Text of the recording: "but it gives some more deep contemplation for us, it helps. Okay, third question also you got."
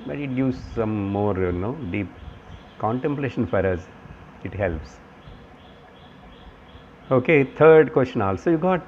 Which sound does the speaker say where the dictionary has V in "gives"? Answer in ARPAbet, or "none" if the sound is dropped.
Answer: none